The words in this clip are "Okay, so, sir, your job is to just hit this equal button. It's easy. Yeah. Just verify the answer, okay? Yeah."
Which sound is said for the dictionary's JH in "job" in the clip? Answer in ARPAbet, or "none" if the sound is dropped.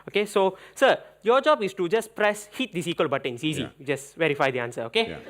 JH